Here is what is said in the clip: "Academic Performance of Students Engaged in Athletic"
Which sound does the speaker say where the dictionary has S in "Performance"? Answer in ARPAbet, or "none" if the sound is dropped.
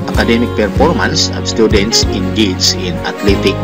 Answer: S